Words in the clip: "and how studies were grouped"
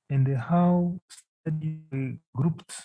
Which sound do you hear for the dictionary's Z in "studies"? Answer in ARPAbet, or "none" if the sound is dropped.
none